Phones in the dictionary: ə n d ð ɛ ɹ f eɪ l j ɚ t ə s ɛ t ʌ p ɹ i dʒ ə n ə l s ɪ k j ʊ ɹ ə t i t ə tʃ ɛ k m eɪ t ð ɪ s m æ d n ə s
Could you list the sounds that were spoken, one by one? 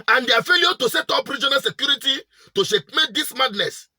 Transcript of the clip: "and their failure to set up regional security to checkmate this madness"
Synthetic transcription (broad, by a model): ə n d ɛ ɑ f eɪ l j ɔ t ə s ɛ t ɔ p ɹ i dʒ ə n ə l s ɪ k j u ɹ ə t i t ə ʃ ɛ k m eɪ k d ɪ s m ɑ d n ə s